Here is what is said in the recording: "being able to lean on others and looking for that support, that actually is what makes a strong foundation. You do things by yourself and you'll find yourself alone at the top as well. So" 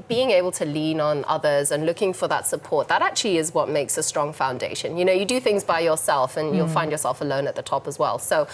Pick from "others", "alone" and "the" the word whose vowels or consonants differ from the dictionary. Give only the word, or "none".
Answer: none